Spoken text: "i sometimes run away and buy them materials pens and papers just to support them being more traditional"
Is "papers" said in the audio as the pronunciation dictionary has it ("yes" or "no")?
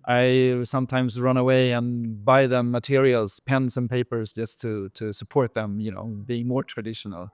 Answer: yes